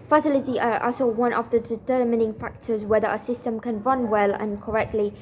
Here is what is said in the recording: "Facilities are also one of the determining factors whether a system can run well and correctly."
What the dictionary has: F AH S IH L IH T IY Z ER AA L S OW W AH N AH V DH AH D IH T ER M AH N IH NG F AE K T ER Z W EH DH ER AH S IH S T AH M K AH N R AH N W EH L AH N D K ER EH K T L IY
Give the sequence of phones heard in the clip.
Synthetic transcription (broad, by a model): F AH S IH L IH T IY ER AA S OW W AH N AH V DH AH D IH T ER M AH N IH NG F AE K T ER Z W EH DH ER AH S IH S T AH M K AH N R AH N W EH L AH N K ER EH K T L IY